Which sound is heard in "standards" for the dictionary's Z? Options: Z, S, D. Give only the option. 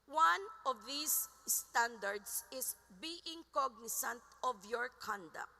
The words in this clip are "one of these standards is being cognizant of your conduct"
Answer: S